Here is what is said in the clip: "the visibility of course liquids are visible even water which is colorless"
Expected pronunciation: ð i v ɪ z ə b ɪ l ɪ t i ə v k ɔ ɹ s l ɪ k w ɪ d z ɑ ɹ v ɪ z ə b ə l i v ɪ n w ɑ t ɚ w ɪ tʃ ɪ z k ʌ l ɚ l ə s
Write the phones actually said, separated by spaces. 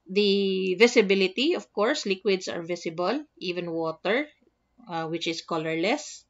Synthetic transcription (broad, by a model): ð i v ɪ s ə b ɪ l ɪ t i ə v k ɔ ɹ s l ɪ k w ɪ d s ɑ ɹ v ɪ s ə b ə l i v ɪ n w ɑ t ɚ w ɪ tʃ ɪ s k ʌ l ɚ l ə s